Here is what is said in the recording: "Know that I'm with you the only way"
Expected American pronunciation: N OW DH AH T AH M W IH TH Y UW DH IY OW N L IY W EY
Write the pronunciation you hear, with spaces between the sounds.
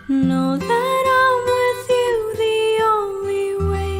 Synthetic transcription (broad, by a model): N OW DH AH T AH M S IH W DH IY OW L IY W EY